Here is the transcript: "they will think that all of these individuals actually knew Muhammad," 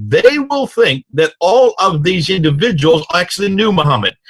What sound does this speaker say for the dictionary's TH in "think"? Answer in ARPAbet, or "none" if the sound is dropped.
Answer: TH